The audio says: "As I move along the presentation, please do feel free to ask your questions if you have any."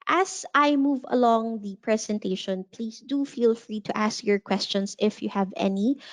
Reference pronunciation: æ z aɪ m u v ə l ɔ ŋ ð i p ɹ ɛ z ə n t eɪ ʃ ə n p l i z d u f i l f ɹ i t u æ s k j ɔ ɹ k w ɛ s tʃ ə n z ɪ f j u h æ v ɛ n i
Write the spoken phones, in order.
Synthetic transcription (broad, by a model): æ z aɪ m u v ə l ɔ ŋ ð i p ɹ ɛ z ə n t eɪ ʃ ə n p l i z d u f i l f ɹ i t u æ s k j ɔ ɹ k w ɛ s tʃ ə n s ɪ f j u h æ v ɛ n i